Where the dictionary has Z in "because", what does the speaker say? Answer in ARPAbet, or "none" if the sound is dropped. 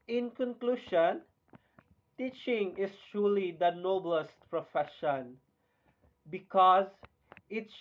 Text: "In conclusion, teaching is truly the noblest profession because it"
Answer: Z